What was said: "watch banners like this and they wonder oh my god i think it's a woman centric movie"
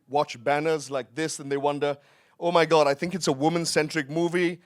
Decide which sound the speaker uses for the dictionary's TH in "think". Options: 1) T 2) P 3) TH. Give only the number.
3